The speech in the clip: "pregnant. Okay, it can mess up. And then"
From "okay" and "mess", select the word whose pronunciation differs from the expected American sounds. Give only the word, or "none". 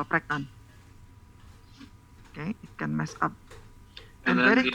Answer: none